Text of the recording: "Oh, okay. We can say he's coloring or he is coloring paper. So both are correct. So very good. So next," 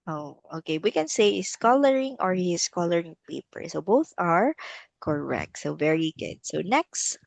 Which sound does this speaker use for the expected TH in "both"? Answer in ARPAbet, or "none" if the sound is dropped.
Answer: TH